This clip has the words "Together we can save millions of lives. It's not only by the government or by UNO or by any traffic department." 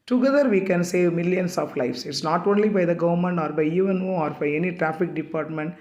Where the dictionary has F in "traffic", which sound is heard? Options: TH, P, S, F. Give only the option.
F